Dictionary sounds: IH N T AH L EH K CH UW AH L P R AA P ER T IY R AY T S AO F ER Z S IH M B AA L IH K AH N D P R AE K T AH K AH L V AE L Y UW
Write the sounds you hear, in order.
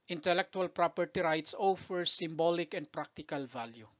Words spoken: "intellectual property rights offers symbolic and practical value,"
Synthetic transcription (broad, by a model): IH N T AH L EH K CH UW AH L P R AA P ER T IY R AY T S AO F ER S IH M B AA L IH K AH N D P R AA K T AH K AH L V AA L Y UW